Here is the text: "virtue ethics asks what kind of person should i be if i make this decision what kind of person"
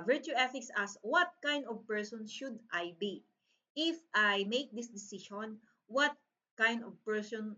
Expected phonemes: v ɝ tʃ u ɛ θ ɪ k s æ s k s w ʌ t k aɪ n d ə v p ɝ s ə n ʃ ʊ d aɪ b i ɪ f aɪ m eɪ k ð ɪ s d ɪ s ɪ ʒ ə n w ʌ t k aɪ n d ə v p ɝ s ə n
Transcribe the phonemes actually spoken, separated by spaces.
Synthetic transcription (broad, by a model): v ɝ tʃ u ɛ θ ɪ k s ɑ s s w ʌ t k aɪ n d ə v p ɝ s ə n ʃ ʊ d aɪ b i ɪ f aɪ m eɪ k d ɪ s d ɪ s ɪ ʃ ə n w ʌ t k aɪ n d ə v p ɝ s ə n